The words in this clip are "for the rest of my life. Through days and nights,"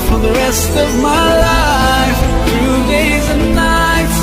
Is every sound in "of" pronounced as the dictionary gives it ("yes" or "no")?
yes